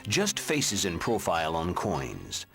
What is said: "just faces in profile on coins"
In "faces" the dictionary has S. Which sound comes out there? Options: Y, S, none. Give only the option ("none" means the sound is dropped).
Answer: S